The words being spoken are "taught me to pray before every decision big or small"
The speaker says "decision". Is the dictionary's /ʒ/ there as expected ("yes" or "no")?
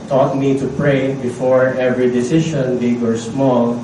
no